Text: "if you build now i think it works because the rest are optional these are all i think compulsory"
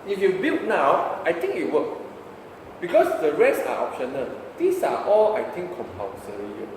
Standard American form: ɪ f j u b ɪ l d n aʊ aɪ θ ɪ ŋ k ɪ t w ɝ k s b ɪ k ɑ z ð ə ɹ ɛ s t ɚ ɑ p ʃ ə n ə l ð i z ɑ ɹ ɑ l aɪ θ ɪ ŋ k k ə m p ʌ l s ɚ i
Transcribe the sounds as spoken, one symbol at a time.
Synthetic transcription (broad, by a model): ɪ f j u b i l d n aʊ aɪ t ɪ ŋ k ɪ t w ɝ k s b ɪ k ɑ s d ə ɹ ɛ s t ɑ ɑ p ʃ ə n ə l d i s ɑ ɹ ɑ l aɪ t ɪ ŋ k k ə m p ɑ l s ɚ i